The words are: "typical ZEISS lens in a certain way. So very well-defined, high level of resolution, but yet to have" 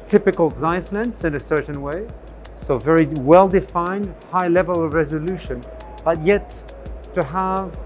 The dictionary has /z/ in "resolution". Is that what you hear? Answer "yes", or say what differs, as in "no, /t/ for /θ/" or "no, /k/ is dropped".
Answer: yes